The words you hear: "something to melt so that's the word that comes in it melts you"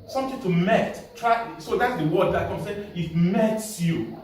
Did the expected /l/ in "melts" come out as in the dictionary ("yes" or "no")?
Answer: no